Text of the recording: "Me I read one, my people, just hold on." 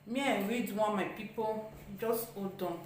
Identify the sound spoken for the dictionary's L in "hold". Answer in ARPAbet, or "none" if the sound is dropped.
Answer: none